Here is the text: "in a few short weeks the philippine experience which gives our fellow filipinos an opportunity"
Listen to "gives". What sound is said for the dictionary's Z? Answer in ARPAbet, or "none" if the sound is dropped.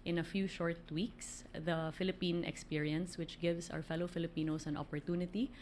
S